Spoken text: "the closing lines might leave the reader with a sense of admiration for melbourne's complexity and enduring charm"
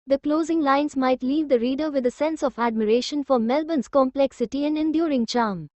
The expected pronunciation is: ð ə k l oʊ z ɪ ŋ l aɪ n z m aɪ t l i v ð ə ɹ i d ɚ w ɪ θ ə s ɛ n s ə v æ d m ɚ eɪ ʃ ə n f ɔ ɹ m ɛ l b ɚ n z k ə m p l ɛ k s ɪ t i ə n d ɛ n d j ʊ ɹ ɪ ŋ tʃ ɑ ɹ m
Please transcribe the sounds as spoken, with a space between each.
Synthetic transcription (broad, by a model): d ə k l oʊ z ɪ ŋ l aɪ n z m aɪ t l i v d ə ɹ i d ɚ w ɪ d ə s ɛ n s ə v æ d m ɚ eɪ ʃ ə n f ɔ ɹ m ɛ l b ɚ n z k ə m p l ɛ k s ɪ t i ə n d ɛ n d j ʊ ɹ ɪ ŋ tʃ ɑ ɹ m